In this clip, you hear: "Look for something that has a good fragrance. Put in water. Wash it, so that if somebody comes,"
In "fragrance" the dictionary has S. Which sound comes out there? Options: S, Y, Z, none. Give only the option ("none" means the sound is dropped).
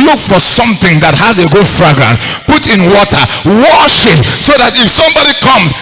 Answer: none